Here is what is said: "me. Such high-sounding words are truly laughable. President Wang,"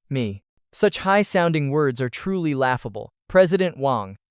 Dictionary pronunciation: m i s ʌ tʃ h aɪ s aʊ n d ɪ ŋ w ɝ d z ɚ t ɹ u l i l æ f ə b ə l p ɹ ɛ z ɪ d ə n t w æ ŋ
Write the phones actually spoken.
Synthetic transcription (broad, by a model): m i s ʌ tʃ h aɪ s aʊ n d ɪ ŋ w ɝ d z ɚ t ɹ u l i l æ f ə b ə l p ɹ ɛ z ɪ d ə n t w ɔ ŋ